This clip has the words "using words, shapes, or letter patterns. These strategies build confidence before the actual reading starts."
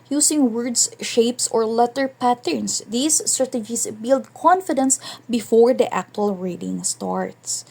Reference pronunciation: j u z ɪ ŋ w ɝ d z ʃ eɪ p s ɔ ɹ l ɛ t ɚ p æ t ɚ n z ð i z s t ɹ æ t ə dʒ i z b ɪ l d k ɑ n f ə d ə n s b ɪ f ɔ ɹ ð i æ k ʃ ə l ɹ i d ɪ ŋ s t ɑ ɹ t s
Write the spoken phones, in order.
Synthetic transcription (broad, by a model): j u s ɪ ŋ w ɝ d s ʃ eɪ p s ɔ ɹ l ɛ t ɚ p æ t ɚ n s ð i s t ɹ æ t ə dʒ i s b ɪ l d k ɑ n f ə d ə n s b ɪ f ɔ ɹ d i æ k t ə l ɹ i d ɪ ŋ s t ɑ ɹ t s